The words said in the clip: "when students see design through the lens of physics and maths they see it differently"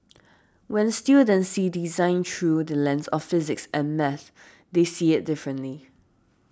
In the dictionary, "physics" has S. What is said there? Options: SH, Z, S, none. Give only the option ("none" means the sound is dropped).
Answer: S